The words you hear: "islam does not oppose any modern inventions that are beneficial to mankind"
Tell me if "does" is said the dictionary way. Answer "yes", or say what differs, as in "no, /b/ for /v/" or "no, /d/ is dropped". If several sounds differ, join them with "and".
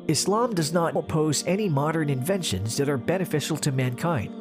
yes